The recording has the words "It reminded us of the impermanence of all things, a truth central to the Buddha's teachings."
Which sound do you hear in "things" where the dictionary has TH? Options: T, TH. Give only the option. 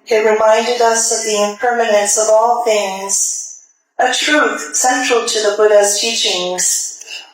TH